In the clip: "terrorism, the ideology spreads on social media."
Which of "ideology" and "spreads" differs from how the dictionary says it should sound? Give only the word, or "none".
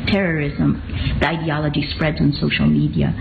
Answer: none